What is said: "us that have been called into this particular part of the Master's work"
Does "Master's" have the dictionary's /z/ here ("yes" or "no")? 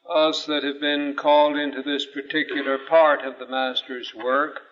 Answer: yes